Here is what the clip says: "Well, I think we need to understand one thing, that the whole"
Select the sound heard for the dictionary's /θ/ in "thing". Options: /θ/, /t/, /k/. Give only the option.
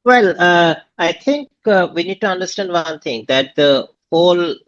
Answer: /t/